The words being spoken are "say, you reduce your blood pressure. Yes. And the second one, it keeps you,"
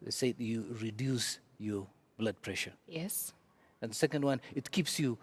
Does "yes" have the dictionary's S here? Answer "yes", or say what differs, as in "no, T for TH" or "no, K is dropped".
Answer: yes